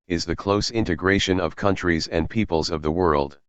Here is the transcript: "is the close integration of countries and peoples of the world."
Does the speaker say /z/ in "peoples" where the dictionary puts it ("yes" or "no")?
yes